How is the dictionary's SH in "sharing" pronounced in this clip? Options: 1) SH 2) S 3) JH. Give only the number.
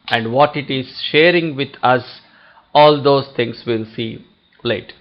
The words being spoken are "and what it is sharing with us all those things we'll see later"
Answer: 1